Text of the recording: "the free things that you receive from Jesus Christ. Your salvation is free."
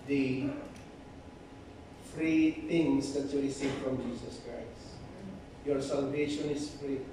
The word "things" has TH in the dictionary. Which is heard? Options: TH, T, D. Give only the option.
T